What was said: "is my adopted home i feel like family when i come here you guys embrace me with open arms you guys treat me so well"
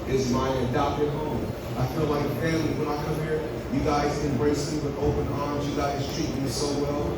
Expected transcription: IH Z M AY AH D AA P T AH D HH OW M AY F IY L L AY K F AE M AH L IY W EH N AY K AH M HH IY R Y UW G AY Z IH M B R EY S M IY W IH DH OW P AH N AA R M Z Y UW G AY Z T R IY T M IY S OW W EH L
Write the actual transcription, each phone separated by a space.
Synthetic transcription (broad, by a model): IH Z M AY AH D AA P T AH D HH OW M AY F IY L L AY K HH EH AH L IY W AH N AY K AH M HH IY R Y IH G AY Z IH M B R EY S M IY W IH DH OW P AH N AA R M Z Y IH G AY Z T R IY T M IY S OW W EH L